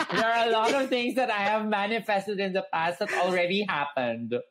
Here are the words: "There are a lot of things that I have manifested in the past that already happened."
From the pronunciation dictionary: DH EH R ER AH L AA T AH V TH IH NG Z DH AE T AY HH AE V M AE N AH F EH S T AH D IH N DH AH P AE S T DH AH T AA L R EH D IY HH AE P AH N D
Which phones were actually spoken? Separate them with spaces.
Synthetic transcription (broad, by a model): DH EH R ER AH L AA T AH V T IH NG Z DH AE T AY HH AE V M AE N AH F EH S T AH D IH N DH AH P AE S T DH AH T AA L R EH D IY HH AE P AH N D